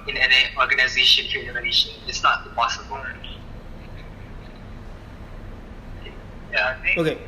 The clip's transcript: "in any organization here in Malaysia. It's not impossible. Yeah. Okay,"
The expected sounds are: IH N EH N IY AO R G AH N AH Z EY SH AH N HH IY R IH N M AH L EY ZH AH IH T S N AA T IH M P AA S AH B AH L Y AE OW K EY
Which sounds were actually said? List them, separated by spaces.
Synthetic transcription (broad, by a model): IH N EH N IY AO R G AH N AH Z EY SH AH N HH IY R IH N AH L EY SH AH IH T S N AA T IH P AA S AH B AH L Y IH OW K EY